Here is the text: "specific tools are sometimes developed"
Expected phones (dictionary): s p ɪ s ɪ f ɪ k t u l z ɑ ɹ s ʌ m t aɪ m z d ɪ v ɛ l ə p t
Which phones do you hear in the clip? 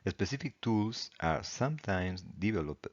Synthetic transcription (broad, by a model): s p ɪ s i f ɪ k t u l s ɑ ɹ s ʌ m t aɪ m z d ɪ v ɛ l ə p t